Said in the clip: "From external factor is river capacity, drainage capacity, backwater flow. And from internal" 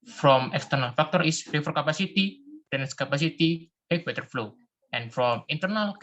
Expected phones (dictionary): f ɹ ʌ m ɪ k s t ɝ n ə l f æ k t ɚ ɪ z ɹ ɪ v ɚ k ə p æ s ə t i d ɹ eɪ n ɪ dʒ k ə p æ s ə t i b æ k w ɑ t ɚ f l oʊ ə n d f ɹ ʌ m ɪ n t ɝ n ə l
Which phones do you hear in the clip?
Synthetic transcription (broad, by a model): f ɹ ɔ m ɪ k s t ɝ n ə l f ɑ k t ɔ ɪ s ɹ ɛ f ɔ k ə p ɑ s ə t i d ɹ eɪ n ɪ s k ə p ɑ s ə t i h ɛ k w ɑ t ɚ f l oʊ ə n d f ɹ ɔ m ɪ n t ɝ n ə l